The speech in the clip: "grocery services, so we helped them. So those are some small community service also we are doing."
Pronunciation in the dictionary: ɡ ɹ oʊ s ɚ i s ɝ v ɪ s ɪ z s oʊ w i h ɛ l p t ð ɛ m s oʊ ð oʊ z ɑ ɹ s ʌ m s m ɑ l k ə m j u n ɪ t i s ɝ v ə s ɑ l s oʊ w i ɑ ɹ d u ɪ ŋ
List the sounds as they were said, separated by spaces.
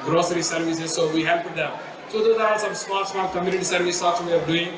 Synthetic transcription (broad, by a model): ɡ ɹ oʊ s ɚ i s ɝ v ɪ s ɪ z s oʊ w i h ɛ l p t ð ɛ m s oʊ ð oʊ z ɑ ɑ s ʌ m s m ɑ n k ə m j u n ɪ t i s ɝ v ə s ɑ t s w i ɑ ɹ d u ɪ ŋ